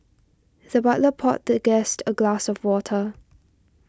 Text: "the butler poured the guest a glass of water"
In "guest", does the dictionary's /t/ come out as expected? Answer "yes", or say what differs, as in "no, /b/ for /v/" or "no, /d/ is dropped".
yes